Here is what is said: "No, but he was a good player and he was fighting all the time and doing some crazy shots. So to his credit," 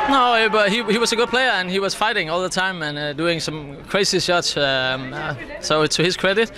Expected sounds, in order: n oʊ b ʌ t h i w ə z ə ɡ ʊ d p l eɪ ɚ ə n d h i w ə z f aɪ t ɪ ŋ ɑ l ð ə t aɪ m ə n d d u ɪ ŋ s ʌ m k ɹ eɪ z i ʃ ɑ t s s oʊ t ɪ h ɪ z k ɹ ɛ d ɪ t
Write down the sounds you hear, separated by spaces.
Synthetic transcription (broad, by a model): n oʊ b ʌ t h i w ə z ə ɡ ʊ d p l eɪ ɚ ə n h i w ə z f aɪ t ɪ ŋ ɑ l ð ə t aɪ m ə n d d u ɪ ŋ s ʌ m k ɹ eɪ s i s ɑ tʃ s s oʊ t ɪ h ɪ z k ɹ ɛ d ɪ t